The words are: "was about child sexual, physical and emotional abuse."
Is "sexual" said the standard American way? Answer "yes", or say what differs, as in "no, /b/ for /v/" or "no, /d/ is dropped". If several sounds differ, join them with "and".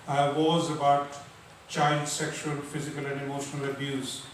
yes